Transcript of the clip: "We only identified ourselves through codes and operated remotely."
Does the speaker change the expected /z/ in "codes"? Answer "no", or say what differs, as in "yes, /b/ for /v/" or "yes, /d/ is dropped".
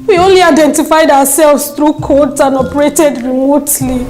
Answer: yes, /s/ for /z/